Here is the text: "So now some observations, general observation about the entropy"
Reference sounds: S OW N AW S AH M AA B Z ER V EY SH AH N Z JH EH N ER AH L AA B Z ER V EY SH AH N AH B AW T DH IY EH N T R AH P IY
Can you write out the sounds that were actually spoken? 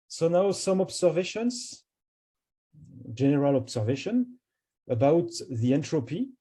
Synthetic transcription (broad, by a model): S OW N AW S AH M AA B S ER V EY SH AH N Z JH EH N ER AH L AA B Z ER V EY SH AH N AH B AW T DH IY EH N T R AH P IY